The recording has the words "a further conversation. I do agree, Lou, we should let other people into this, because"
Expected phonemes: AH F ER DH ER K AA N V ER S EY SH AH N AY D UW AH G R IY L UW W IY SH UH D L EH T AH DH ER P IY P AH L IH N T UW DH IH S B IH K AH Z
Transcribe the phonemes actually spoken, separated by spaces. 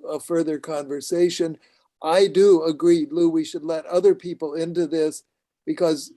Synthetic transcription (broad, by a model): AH F ER DH ER K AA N V ER S EY SH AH N AY D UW AH G R IY L UW W IY SH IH D L EH T AH DH ER P IY P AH L IH N T UW DH IH S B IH K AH Z